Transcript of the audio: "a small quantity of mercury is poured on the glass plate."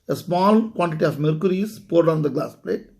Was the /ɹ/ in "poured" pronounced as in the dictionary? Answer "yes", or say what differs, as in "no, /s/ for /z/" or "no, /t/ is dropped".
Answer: yes